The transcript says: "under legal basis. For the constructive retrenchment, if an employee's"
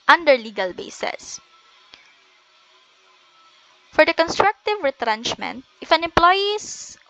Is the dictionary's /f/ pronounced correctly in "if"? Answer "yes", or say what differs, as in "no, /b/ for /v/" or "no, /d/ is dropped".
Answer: yes